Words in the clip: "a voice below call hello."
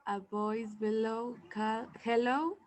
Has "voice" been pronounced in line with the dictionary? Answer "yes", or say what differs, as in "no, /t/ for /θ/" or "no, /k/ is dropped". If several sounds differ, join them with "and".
no, /b/ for /v/